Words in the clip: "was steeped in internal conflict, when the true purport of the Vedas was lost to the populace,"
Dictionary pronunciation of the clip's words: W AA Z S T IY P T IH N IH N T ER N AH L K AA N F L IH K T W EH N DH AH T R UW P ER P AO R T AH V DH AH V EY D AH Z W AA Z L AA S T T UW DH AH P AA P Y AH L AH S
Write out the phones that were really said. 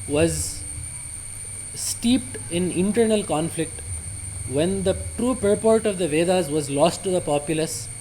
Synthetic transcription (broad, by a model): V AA Z S T IY P T IH N IH N T ER N AH L K AA N F L IH K T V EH N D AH T R UW P ER P AO R T AH V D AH V EY D AH Z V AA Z L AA S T T UW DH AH P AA P Y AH L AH S